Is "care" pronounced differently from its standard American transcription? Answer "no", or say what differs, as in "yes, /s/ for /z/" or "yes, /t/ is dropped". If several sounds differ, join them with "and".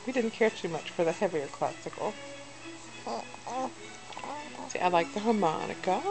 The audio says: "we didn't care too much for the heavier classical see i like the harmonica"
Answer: no